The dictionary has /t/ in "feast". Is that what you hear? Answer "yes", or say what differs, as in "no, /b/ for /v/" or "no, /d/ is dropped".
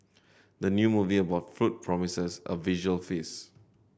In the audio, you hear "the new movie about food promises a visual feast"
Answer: no, /t/ is dropped